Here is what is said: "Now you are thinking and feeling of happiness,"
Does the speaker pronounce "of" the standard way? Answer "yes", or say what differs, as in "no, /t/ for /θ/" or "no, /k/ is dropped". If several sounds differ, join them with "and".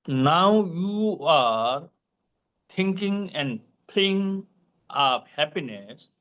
no, /p/ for /v/